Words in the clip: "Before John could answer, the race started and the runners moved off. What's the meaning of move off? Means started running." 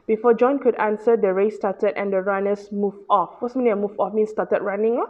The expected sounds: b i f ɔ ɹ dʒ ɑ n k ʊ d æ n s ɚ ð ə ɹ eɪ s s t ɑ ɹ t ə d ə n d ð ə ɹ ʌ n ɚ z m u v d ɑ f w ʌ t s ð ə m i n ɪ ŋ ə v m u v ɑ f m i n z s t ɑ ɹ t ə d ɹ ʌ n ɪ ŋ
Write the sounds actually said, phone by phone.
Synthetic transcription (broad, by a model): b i f ɔ dʒ ɑ n k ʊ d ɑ n s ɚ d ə ɹ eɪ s s t ɑ t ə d ə n d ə ɹ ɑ n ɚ s m u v ɑ f w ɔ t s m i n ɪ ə m u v ɑ f m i n s t ɑ t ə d ɹ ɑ n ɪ ŋ